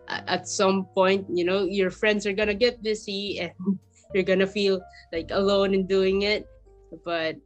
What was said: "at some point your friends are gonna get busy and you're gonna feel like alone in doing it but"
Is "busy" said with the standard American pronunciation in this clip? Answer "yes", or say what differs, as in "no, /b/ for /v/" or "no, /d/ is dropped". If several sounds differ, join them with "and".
no, /s/ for /z/